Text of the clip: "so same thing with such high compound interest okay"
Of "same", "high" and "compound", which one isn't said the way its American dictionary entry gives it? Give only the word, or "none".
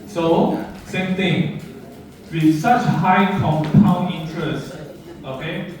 compound